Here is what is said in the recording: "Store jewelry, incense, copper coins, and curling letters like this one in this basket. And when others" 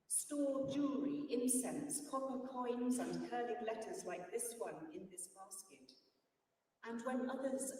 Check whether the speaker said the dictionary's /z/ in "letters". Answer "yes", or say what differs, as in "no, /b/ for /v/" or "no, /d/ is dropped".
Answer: yes